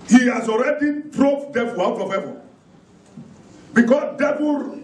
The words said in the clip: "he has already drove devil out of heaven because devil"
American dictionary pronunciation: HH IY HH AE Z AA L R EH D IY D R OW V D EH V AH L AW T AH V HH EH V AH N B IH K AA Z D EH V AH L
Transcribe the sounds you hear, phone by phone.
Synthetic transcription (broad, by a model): HH IY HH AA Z AA L R EH D IY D R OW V D EH V AH L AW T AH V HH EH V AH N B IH K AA S D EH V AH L